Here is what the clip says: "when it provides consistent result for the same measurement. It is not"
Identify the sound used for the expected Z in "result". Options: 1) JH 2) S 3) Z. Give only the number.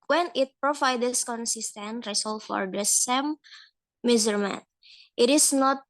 2